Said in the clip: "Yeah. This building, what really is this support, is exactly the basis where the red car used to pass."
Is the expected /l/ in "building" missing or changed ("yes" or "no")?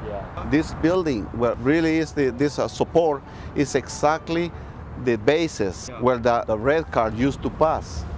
no